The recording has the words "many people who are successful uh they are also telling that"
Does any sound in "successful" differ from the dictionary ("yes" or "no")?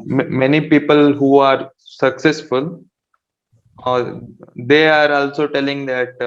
no